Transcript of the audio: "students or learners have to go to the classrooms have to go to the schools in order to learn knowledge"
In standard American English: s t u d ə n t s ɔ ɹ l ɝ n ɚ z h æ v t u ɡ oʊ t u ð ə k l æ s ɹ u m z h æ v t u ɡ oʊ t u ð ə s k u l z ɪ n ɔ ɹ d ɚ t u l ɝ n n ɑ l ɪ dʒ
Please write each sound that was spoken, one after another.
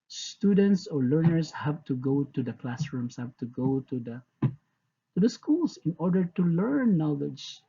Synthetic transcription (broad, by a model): s t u d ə n t s ɔ ɹ l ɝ n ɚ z h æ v t u ɡ oʊ t u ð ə k l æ s ɹ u m s h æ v t u ɡ oʊ t u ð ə s k u l s ɪ n ɔ ɹ d ɚ t u l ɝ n n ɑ l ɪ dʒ